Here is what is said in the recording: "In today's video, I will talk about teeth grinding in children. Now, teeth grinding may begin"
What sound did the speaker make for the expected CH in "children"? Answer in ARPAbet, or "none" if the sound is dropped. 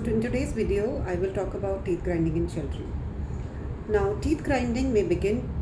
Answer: SH